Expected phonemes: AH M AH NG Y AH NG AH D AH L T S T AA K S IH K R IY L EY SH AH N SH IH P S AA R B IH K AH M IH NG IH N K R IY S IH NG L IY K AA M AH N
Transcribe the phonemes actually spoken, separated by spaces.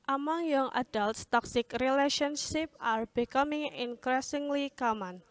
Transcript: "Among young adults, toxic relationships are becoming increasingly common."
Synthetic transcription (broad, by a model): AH M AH NG Y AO NG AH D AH L T S T AA K S IH K R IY L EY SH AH N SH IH P AA R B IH K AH M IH NG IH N K R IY S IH NG L IY K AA M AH N